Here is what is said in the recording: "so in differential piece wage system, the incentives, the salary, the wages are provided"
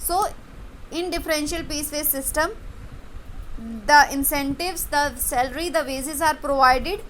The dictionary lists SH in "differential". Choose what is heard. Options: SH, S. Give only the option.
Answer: SH